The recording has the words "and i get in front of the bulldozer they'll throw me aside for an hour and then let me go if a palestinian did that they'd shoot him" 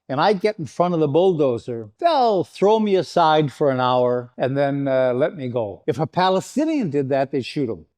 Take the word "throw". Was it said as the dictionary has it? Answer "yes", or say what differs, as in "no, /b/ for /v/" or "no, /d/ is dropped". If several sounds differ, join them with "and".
yes